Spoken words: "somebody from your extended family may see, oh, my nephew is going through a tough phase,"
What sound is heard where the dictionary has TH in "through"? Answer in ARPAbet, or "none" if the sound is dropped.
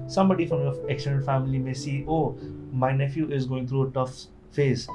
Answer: T